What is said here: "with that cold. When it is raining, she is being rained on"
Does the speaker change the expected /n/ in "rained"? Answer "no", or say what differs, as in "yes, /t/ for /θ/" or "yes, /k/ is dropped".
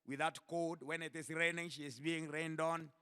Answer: no